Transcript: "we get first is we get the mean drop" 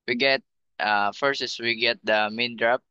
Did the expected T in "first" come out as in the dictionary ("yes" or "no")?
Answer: no